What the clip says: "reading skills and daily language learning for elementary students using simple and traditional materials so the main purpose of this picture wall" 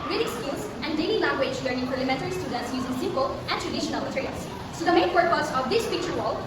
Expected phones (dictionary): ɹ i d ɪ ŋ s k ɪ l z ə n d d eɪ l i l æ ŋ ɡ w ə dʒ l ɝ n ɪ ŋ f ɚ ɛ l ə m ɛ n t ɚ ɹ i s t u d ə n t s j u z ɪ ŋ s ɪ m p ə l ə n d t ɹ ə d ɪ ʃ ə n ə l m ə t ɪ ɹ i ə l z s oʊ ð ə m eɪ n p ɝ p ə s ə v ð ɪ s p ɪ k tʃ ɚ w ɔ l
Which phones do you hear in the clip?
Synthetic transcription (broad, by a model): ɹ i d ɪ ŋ s k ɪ l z ə n d d eɪ l i l æ ŋ ɡ w ə dʒ l ɝ n ɪ ŋ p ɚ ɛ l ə m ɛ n t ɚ ɹ i s t u d ə n t s j u z ɪ ŋ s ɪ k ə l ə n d t ɹ ə d ɪ ʃ ə n ə l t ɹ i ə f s s oʊ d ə m eɪ n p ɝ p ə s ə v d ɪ s p ɪ k tʃ ɚ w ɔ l